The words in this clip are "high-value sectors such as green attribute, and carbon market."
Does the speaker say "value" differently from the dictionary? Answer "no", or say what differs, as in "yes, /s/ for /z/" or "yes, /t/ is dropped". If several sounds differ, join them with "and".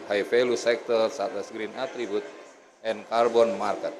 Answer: yes, /f/ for /v/